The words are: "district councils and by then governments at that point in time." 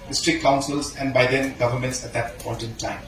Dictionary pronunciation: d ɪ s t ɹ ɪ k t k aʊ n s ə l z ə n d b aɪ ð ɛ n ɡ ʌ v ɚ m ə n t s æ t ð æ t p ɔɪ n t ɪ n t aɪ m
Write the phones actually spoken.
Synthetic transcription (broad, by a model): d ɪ s t ɹ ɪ k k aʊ n s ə l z ə n d b aɪ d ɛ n ɡ ʌ v ɚ m ə n t s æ t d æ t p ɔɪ t ɪ n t aɪ m